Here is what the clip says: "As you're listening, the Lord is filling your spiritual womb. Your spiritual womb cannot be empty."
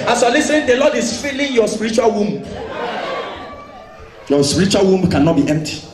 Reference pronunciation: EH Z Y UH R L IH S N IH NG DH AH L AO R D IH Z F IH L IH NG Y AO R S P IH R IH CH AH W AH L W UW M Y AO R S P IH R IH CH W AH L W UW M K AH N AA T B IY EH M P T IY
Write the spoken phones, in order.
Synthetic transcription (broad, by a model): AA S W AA L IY S IH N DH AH L AO D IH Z F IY L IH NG Y AO S P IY R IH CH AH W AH L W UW M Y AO S P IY R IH CH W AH L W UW M K AH N AA T B IY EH M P T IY